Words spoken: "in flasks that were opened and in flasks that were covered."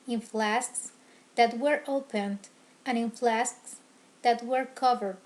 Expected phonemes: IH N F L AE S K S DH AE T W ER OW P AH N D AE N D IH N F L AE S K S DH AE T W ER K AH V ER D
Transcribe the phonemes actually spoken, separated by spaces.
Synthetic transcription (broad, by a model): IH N F L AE S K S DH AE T W ER OW P AH N D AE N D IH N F L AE S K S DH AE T W ER K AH V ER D